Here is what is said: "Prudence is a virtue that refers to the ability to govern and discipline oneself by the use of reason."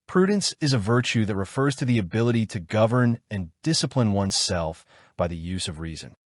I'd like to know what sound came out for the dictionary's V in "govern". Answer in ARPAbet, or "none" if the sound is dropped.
V